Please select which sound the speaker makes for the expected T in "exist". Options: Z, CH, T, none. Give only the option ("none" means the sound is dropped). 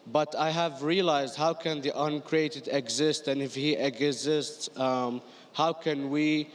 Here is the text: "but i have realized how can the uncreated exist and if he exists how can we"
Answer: T